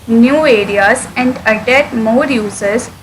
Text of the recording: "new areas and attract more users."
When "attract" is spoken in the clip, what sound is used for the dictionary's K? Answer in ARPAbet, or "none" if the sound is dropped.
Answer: none